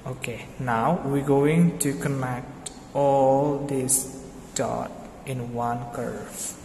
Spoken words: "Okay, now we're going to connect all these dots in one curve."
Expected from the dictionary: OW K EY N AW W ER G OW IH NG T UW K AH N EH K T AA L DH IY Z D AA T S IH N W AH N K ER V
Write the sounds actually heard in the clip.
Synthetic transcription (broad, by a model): OW K EY N AW W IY G OW IH NG T UW K AH N EH K T AA L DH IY S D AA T IH N W AH N K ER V